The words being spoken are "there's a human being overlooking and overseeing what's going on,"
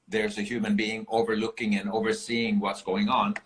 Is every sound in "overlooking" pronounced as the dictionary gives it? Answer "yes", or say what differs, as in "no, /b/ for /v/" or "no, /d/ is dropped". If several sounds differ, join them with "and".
yes